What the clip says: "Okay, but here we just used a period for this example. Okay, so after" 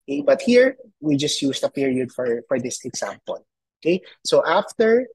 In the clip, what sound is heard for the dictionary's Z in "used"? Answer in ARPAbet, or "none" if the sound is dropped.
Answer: S